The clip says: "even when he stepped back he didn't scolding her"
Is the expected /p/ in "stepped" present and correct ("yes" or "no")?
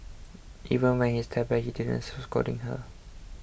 no